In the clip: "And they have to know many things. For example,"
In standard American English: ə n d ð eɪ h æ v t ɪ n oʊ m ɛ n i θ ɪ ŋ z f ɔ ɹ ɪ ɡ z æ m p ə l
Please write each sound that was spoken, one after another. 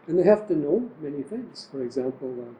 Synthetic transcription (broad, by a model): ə n ð eɪ h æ f t ɪ n oʊ m ɛ n i θ ɪ ŋ z f ɔ ɹ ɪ ɡ z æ m p l